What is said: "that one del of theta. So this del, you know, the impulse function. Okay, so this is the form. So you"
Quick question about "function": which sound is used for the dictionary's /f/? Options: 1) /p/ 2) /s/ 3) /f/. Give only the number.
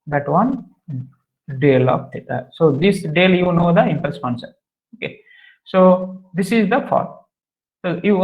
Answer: 1